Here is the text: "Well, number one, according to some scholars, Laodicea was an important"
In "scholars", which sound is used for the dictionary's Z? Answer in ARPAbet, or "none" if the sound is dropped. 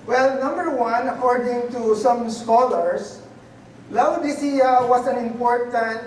S